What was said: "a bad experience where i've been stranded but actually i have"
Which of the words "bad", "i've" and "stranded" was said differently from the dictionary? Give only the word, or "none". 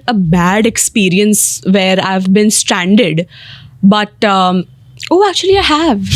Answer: none